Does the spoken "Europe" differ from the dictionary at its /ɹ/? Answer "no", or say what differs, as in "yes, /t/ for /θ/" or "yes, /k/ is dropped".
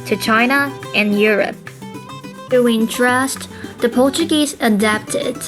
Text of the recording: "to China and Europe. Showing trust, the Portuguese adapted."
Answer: no